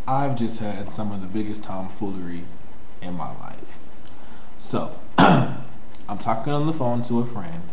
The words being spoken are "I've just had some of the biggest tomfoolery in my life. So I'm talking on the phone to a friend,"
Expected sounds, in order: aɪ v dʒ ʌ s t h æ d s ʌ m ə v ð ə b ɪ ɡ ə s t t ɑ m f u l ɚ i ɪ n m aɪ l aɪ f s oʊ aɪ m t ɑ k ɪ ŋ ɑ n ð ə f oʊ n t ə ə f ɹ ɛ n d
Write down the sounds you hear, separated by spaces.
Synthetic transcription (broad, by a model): aɪ v dʒ ʌ s t h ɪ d s ʌ m ə v ð ə b ɪ ɡ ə s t t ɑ m f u l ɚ i ɪ n m aɪ l aɪ f s oʊ aɪ m t ɑ k ɪ ŋ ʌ n ð ə f oʊ n t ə ə f ɹ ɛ n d